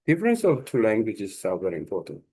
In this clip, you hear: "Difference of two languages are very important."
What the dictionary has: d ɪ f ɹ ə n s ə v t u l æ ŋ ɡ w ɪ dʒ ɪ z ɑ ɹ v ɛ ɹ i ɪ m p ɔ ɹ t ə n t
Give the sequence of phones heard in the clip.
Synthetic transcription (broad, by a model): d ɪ f ɹ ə n s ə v t u l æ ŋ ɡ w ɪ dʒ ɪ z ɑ l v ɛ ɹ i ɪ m p ɔ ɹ t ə n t